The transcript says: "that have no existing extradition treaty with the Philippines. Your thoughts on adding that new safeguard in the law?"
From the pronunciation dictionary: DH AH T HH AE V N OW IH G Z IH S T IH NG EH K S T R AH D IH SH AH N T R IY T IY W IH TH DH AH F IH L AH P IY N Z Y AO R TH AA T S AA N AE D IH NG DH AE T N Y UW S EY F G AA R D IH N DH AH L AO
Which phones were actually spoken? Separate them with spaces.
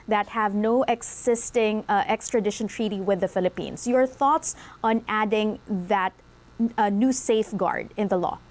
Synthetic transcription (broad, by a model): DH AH T HH AE V N OW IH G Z IH S T IH NG EH K S T R AH D IH SH AH N T R IY T IY W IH DH AH F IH L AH P IY N S Y AO R TH AA T S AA N AE D IH NG DH AE T N Y UW S EY F G AA R D IH N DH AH L AO